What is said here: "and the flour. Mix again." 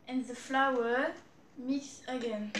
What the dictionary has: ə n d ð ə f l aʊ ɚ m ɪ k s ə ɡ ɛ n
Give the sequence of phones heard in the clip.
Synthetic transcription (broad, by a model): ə n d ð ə f l aʊ ɚ m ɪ s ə ɡ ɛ n